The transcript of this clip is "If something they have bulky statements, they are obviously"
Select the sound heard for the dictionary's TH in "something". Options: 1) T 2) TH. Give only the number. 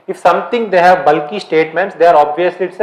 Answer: 1